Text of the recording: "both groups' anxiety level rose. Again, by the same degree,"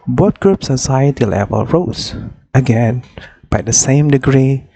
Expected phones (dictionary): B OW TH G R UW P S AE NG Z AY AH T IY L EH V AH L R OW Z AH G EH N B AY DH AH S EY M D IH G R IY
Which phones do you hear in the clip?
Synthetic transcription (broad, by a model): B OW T G R UW P S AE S AY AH T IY L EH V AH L R OW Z AH G EH N B AY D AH S EY M D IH G R IY